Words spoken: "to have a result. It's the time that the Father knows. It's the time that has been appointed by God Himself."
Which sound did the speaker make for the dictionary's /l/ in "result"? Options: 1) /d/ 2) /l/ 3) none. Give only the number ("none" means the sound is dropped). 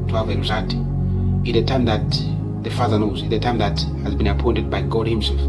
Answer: 3